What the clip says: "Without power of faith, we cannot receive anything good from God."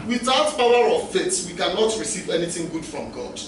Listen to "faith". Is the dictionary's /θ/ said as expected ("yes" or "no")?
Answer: no